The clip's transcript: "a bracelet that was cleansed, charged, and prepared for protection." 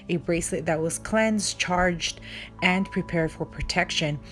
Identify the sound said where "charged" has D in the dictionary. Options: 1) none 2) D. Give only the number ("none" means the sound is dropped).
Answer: 2